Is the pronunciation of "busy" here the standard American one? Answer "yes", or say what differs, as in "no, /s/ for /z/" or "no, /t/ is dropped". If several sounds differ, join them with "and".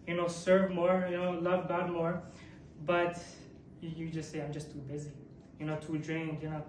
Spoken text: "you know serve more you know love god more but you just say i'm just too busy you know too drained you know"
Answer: yes